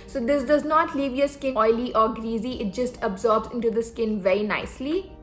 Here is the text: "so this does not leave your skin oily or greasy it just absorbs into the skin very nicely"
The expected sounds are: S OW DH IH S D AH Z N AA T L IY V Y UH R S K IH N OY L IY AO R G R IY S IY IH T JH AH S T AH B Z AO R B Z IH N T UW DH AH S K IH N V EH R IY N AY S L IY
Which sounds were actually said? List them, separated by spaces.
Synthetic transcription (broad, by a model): S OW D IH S D AH Z N AA T L IY V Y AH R S K IH N OY L IY AO R G R IY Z IY IH T JH AH S T AH B Z AO R B Z IH N T UW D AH S K IH N V EH R IY N AY S L IY